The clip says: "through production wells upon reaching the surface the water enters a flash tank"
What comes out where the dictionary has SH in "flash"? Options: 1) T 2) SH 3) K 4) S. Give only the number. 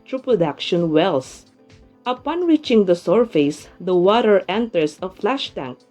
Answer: 2